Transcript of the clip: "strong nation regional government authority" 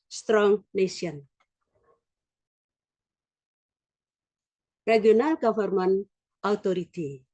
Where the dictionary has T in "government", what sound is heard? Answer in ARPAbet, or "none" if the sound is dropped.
none